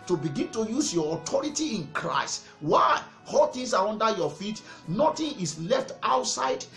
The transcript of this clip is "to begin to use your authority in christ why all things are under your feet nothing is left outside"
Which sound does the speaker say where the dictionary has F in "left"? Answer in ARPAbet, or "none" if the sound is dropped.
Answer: F